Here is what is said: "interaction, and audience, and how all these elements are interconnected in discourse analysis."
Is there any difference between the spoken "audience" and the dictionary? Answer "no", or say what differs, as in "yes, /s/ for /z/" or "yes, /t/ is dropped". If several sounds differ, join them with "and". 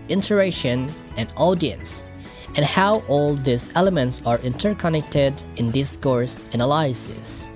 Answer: no